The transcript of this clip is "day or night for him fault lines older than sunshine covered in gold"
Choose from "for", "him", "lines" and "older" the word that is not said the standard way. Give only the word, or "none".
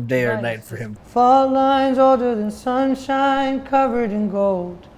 none